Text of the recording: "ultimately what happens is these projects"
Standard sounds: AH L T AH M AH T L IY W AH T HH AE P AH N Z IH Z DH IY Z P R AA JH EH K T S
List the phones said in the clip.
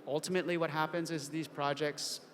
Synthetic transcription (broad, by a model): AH L T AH M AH T L IY W AH T HH AE P AH N Z IH Z DH IY Z P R AA JH EH K T S